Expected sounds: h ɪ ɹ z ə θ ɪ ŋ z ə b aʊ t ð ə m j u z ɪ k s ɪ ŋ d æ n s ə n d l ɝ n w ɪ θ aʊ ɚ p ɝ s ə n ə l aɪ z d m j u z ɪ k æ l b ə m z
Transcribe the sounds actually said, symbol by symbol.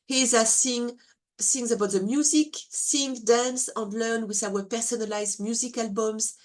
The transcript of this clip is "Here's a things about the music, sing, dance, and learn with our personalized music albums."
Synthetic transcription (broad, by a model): h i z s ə s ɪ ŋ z ə b aʊ t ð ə m j u z ɪ k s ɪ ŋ d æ n s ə n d l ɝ n w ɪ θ aʊ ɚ p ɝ s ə n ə l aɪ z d m j u z ɪ k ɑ l b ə m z